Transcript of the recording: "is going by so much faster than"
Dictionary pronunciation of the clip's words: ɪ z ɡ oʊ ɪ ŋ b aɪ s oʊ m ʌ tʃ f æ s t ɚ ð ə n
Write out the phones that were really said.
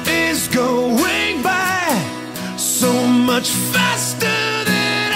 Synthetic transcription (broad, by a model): ɪ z ɡ oʊ ɪ ŋ b aɪ s oʊ m ʌ tʃ f æ s t ɚ ð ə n